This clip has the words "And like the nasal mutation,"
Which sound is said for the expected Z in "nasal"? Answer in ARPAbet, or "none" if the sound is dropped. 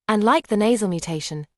Z